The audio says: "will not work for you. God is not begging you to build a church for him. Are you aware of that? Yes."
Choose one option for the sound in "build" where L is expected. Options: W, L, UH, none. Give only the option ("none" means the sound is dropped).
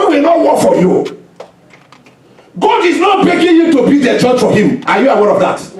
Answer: none